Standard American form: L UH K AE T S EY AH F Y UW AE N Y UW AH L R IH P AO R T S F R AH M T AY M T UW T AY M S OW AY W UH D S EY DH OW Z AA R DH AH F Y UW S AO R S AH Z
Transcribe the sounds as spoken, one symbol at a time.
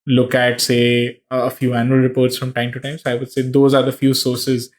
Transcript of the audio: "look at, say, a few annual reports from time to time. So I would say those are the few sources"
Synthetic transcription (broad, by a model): L UH K AE T S EY AH F Y UW AE N Y UW AH L R IH P AO R T S F R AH M T AY M T UW T AY M S OW AY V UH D S EY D OW Z AA R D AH F Y UW S AO R S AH Z